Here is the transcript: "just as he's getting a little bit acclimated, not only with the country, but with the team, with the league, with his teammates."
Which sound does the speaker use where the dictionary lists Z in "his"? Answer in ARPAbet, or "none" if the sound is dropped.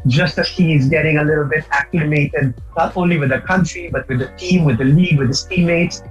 S